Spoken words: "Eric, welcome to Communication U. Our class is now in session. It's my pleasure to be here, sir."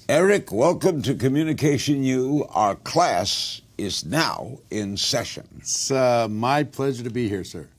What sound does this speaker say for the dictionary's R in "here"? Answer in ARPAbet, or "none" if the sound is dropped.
R